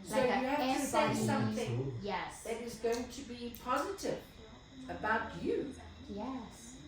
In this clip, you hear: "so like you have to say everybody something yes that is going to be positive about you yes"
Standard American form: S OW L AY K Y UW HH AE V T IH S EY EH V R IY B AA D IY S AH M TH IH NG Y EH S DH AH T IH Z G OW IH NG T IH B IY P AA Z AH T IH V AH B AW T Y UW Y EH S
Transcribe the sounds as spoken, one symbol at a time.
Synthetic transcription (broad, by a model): S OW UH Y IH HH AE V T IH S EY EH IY S AH M TH IH NG Y EH S DH AH T IH Z G OW IH NG T IH B IY P AA Z AH T IH V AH B AW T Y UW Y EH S